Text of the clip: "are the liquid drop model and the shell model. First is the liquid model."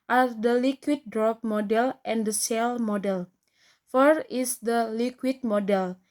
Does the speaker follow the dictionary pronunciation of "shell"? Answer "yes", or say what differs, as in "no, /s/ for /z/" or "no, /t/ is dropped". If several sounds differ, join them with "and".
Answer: no, /s/ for /ʃ/